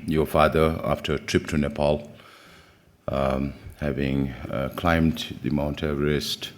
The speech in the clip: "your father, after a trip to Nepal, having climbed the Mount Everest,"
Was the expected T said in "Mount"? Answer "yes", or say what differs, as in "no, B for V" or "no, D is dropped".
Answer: yes